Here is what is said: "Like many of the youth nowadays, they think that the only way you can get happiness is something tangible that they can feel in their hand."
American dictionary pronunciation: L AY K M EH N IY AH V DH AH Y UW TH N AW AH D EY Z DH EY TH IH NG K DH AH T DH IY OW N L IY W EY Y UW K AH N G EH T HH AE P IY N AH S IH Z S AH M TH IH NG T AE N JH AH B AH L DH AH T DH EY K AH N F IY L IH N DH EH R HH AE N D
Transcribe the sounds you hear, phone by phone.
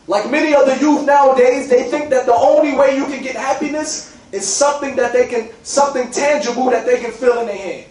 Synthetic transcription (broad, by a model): L AY K M EH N IY AH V DH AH Y UW TH N AW AH D EY Z DH EY TH IH NG K DH AH T DH IY OW N L IY W EY Y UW K AH N G EH T HH AE P IY N AH S IH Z S AH M TH IH NG T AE N JH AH B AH L DH AH T DH EY K AH N F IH L IH N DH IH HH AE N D